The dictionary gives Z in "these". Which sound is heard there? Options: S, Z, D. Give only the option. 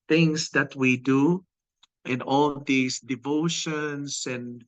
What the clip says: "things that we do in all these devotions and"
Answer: S